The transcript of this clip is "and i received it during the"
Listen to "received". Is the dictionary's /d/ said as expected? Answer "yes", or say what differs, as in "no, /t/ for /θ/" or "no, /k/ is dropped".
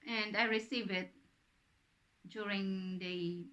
no, /d/ is dropped